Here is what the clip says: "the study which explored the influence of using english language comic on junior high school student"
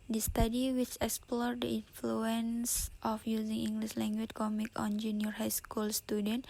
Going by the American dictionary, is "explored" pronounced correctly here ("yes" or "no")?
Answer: yes